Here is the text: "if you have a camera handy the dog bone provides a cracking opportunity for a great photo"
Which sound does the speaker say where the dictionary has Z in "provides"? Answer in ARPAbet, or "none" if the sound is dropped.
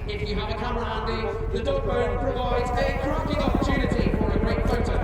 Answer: Z